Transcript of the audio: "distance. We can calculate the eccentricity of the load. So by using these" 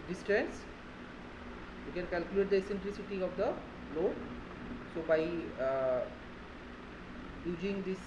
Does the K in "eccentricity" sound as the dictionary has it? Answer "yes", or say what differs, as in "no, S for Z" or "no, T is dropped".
no, K is dropped